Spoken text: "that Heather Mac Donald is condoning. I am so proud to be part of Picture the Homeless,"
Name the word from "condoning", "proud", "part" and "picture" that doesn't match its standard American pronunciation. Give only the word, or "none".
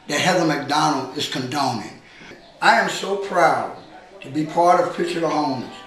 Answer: picture